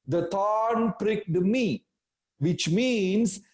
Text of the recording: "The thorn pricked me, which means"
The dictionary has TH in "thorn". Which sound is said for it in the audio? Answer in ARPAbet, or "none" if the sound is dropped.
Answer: T